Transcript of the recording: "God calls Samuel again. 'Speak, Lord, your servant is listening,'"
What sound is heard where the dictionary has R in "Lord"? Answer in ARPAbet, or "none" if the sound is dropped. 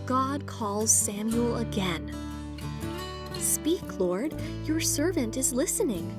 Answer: R